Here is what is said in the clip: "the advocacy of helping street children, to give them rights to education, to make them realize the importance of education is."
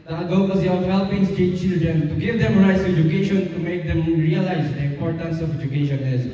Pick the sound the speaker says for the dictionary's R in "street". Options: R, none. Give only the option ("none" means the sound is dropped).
none